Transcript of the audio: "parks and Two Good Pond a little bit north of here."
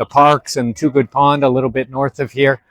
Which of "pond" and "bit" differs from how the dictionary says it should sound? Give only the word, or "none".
none